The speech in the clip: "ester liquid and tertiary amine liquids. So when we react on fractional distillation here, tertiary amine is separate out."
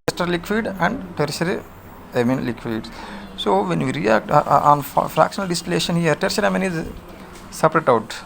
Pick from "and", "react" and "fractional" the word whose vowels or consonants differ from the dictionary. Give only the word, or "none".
none